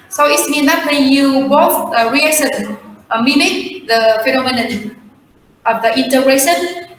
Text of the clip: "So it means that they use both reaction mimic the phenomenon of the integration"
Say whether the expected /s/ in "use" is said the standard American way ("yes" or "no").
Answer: no